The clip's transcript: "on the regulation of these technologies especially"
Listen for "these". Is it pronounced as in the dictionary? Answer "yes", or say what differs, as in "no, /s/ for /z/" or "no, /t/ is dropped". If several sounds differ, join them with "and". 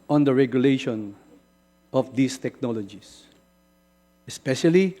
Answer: no, /s/ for /z/